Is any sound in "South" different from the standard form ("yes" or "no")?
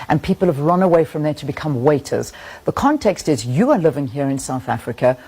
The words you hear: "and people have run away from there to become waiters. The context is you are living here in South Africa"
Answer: no